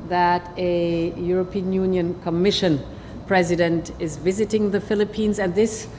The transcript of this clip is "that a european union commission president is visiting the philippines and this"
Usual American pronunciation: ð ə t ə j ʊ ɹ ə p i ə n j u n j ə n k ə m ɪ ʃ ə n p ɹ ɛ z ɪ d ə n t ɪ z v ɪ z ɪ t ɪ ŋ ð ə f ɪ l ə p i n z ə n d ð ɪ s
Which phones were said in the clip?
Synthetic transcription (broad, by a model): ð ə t ə j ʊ ɹ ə p i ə n j u n j ə n k ə m ɪ ʃ ə n p ɹ ɛ z ɪ d ə n t ɪ z v ɪ z ɪ t ɪ ŋ ð ə f ɪ l ə p i n z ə n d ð ɪ s